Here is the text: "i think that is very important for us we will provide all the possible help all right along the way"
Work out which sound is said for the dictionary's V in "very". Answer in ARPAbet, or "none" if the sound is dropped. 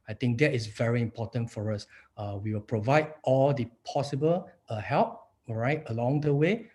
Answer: V